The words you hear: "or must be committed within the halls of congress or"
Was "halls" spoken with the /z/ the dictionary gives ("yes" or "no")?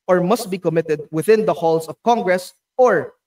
no